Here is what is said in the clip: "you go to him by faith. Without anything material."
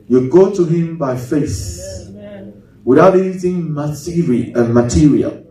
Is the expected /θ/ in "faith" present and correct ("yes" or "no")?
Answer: no